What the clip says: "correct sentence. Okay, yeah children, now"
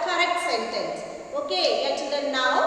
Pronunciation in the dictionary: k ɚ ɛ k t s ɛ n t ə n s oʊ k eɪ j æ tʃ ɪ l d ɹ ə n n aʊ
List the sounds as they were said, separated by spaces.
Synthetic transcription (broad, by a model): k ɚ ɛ k t s ɛ n t ə n s oʊ k eɪ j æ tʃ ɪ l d ə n n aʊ